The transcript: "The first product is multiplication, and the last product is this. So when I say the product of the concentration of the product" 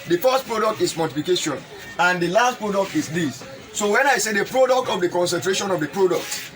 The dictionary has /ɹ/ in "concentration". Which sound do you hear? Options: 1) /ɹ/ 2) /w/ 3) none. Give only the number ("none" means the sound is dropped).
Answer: 1